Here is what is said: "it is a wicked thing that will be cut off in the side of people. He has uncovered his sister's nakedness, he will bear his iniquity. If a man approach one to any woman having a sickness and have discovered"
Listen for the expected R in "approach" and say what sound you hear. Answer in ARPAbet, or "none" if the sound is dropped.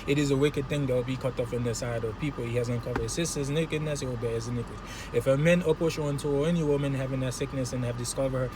none